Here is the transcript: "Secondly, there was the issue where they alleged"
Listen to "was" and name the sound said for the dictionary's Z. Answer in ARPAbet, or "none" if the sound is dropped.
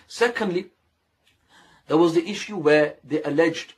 Z